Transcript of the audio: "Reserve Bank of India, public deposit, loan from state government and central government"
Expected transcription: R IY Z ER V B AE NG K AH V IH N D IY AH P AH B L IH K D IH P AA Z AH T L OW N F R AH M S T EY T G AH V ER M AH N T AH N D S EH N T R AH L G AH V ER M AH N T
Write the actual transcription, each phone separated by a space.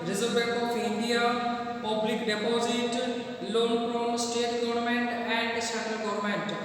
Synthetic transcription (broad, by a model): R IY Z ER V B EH K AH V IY N D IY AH P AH B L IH K D IH P AA Z AH T L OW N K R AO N S T EY T G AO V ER M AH N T AH N D S EH N T R AH L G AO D M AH N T